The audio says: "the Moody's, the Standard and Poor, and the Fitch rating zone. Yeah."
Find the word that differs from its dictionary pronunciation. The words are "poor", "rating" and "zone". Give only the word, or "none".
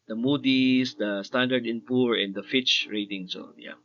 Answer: zone